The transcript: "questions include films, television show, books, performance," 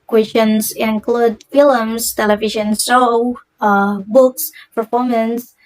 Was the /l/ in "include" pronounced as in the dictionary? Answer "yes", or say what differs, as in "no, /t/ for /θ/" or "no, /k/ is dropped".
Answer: yes